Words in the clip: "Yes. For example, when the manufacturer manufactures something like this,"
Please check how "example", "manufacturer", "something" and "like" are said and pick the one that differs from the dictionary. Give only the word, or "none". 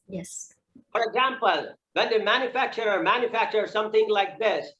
none